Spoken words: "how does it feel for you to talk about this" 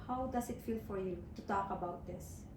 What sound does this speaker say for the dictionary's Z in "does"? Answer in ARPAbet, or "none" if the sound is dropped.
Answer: S